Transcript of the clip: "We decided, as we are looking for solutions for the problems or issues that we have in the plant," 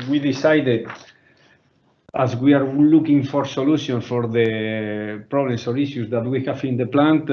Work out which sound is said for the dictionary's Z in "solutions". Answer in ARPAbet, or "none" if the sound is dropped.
none